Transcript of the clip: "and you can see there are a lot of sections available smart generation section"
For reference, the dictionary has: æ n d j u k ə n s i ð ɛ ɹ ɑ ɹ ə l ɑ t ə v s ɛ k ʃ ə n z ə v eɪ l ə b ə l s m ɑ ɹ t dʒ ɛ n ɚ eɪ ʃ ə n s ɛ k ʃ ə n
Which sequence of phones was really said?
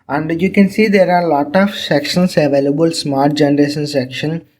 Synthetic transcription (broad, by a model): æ n d j u k ə n s i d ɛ ɹ ɑ ɹ l ɑ t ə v s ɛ k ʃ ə n s ə v eɪ l ə b ə l s m ɑ ɹ t dʒ ɛ n ɚ eɪ ʃ ə n s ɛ k ʃ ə n